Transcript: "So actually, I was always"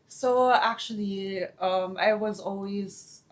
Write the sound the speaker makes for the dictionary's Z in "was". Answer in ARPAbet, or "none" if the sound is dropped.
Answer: Z